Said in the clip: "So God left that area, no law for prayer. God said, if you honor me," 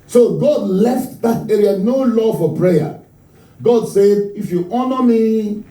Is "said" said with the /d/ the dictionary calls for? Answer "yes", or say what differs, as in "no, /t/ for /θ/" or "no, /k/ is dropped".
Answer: yes